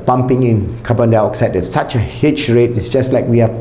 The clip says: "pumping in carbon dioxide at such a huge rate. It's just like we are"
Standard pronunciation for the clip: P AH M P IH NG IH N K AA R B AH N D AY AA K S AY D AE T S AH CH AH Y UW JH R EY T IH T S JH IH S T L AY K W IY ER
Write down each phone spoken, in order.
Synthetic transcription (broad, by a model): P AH M P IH NG IH N K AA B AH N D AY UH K S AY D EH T S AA CH AH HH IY CH R EY T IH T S JH IH S T L AY K W IY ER